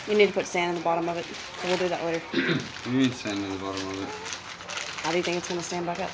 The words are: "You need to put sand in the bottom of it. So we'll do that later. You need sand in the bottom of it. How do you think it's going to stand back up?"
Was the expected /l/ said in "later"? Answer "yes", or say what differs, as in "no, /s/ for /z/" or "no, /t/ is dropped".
no, /w/ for /l/